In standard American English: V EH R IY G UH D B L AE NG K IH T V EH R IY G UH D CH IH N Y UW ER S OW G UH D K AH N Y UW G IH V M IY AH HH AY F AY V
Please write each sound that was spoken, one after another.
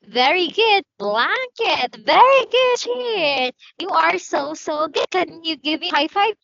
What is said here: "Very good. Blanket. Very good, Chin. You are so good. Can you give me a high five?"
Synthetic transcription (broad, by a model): V EH R IY G UH D B L AE NG K IH T V EH R IY G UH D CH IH Y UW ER S OW G UH D K AH N Y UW G IH V M IY AH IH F AY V